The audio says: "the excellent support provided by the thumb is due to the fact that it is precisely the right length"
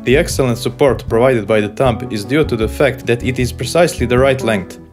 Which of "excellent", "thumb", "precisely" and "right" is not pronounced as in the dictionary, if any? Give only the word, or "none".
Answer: thumb